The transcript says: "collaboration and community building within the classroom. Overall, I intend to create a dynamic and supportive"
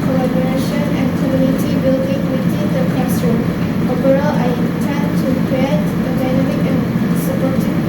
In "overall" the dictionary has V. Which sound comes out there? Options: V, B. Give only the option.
B